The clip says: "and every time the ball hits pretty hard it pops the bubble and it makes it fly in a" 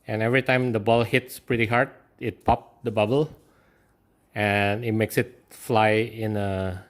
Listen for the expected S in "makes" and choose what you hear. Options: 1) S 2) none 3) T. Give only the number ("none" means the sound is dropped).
1